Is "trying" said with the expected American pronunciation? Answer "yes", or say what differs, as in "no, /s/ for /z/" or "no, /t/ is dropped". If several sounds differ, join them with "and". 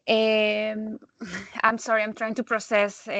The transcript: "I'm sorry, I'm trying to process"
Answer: yes